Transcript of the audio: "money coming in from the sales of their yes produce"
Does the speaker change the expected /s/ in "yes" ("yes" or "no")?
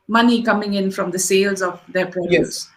yes